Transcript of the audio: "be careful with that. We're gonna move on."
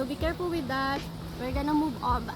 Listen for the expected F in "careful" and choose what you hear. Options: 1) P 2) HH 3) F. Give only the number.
1